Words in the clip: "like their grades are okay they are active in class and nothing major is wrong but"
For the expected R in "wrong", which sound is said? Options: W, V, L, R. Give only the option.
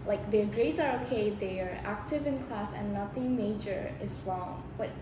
R